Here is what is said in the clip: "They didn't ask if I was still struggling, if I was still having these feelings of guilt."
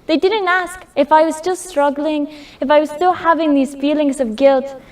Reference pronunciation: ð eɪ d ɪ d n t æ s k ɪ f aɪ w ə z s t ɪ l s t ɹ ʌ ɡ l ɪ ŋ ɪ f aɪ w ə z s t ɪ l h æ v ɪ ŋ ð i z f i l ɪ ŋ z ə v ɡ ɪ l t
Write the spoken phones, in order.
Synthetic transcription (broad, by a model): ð eɪ d ɪ d n t æ s k ɪ f aɪ w ə z s t ɪ l s t ɹ ʌ ɡ l ɪ ŋ ɪ f aɪ w ə z s t ɪ l h æ v ɪ ŋ ð i z f i l ɪ ŋ z ə v ɡ ɪ l t